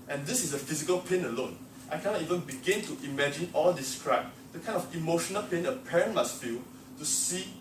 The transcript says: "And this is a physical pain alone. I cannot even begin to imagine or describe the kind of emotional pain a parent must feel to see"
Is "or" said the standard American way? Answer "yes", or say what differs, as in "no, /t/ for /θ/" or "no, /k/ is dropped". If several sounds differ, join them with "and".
no, /l/ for /ɹ/